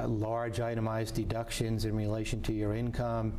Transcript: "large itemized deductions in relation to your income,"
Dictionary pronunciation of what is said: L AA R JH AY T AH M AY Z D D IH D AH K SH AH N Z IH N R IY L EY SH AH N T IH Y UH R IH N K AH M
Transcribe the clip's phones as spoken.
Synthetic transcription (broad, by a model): L AA R JH AY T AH M AY Z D D IH D AH K SH AH N Z IH N R IY L EY SH AH N T IH Y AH R IH N K AH M